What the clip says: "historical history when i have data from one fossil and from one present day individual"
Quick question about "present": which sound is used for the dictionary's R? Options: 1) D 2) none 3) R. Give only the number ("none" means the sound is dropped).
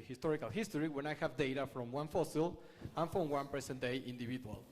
2